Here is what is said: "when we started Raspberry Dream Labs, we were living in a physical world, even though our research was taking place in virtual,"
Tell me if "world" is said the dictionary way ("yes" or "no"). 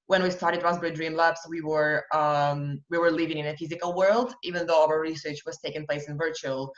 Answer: yes